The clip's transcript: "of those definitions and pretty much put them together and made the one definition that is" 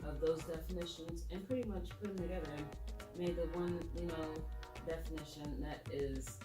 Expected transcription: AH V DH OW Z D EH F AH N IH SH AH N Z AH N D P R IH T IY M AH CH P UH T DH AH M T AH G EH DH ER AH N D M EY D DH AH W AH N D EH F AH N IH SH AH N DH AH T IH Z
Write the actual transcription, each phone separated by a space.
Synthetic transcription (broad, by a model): AH V DH OW Z D EH F AH N IH SH AH N Z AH N P R IH T IY M AH CH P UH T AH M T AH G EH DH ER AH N M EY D DH AH W AH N D EH F AH N IH SH AH N DH AH T IH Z